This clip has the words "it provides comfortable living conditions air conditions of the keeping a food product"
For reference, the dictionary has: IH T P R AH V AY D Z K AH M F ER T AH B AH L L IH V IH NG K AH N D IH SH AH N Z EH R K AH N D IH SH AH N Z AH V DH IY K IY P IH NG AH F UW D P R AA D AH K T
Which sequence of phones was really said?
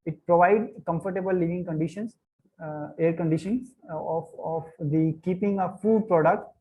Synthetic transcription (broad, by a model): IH T P R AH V AY D K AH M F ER T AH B AH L L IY V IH NG K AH N D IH SH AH N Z EH R K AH N D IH SH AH N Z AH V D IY K IY P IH NG AH F UW D P R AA D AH K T